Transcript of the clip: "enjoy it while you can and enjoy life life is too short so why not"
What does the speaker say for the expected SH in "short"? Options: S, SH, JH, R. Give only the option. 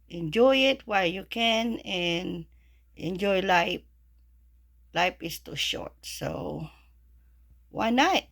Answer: SH